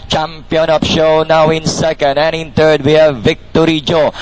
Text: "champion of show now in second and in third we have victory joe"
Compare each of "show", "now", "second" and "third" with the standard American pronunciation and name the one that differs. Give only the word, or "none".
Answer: third